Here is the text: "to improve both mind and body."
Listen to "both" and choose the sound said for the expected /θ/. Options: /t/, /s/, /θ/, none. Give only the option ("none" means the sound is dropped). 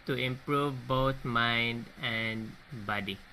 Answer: /t/